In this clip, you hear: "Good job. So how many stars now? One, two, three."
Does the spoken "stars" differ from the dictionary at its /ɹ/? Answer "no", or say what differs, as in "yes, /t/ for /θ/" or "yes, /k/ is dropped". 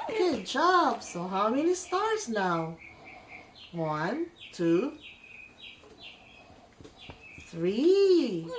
no